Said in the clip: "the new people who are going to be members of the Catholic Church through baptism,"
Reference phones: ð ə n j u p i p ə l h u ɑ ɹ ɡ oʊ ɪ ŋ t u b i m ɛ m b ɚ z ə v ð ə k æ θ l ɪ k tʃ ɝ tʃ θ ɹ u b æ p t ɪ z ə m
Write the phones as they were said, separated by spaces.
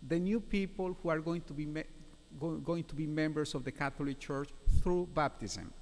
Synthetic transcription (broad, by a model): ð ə n j u p i p ə l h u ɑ ɹ ɡ oʊ ɪ ŋ t u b i m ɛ m b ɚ s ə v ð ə k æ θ l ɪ k tʃ ɝ tʃ θ ɹ u b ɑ p t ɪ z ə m